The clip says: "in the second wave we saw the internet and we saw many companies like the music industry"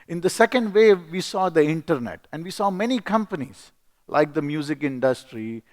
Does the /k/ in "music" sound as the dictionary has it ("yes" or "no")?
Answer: yes